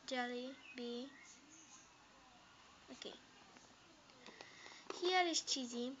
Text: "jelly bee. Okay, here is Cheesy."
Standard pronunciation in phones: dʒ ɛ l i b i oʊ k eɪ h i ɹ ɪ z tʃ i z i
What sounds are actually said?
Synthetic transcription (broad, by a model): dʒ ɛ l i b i oʊ k eɪ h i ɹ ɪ s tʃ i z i